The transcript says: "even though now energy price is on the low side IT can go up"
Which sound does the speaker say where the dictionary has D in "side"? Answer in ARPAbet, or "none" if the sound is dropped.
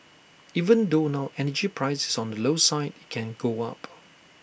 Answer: none